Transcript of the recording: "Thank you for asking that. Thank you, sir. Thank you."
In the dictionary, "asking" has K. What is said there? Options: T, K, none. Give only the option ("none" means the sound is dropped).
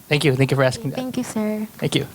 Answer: K